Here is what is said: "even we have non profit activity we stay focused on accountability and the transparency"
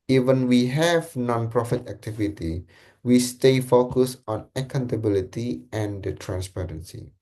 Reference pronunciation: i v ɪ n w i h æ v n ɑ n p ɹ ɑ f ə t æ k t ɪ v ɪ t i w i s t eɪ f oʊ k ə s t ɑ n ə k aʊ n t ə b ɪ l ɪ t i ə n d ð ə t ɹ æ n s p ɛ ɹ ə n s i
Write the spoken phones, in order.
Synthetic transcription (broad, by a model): i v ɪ n w i h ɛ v n ɑ n p ɹ ɑ f ə t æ k t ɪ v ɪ t i w i s t eɪ f oʊ k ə s ɑ n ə k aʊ n t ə b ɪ l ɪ t i ə n d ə t ɹ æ n s p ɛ ɹ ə n s i